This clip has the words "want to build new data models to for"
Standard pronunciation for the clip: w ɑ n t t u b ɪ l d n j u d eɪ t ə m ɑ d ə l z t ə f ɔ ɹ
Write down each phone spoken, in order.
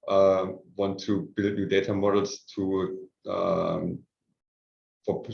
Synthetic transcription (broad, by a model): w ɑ n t t u b ɪ l d n j u d eɪ t ə m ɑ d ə l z t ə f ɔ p